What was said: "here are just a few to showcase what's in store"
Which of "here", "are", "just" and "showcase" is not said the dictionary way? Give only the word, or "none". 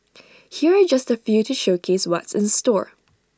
none